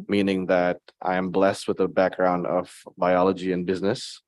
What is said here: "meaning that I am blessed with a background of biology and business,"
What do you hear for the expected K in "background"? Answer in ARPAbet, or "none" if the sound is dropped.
K